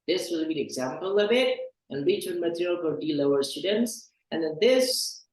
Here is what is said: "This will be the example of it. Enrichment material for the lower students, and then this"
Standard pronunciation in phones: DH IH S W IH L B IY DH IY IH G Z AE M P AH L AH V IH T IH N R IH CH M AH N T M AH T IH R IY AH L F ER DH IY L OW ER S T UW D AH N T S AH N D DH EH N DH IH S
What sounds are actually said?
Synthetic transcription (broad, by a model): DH IH S W IH L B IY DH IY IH G Z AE M P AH L AH V IH T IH N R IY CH AH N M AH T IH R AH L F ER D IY L OW ER S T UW D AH N T S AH N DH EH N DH IH S